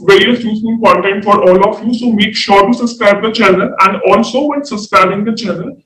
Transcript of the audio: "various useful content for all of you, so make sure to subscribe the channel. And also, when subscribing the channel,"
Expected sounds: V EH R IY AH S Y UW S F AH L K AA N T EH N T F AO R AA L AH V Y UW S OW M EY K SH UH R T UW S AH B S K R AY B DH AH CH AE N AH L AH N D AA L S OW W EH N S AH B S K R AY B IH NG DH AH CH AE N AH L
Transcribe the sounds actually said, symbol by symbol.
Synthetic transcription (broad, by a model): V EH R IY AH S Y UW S AH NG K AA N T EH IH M F AO R AA L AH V Y UW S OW M EY K SH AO R T UW S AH S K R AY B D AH CH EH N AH N AH N D AA L S OW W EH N S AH S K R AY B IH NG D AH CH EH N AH